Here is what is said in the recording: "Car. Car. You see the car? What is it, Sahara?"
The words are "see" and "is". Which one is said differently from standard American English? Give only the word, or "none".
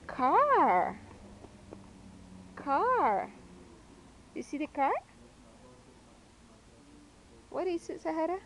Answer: is